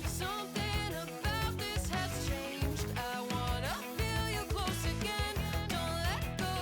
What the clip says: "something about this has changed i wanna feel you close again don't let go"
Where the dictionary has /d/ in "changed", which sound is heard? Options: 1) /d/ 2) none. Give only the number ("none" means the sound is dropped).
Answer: 1